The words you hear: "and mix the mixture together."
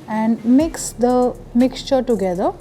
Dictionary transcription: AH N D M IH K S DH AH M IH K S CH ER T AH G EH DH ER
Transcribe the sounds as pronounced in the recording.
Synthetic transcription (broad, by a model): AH N D M IH K S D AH M IH K S CH ER T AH G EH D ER